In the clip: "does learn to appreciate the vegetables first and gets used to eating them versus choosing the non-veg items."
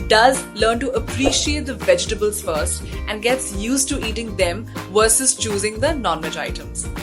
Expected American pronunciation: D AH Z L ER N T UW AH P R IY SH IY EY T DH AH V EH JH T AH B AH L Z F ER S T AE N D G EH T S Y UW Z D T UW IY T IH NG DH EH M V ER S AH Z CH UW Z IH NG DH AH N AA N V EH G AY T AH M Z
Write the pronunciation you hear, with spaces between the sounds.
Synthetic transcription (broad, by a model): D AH Z L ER N T UW AH P R IY SH IY EY T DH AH V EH JH T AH B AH L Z F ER S T AE N D G EH T S Y UW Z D T UW IY T IH NG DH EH M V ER S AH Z CH UW Z IH NG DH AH N AA N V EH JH AY T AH M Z